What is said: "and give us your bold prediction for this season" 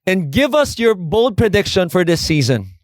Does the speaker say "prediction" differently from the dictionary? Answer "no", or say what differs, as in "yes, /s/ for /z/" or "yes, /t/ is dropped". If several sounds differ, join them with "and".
no